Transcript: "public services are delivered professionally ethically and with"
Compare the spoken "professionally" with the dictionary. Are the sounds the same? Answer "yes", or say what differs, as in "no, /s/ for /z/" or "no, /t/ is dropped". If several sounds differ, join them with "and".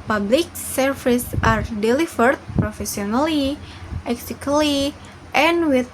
no, /s/ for /ʃ/